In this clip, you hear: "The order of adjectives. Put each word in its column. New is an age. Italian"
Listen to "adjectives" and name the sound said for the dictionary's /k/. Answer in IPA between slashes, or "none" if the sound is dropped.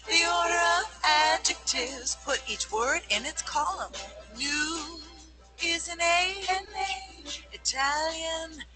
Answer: /k/